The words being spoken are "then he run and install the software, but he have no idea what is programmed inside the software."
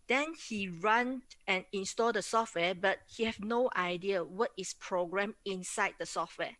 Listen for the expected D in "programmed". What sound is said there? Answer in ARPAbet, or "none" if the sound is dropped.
none